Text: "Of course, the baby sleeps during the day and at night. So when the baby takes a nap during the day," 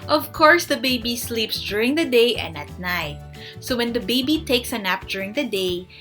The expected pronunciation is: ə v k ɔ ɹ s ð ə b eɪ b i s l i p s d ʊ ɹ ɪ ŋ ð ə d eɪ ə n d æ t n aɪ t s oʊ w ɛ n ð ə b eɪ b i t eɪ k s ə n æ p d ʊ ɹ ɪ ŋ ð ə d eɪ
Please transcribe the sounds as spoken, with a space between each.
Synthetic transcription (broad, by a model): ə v k ɔ ɹ s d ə b eɪ b i s l i p s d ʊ ɹ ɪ ŋ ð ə d eɪ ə n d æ t n aɪ t s oʊ w ɛ n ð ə b eɪ b i t eɪ k s ə n æ p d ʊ ɹ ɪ ŋ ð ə d eɪ